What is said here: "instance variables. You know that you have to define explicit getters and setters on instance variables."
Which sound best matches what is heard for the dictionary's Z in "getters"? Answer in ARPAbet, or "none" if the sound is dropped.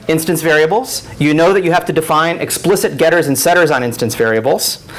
Z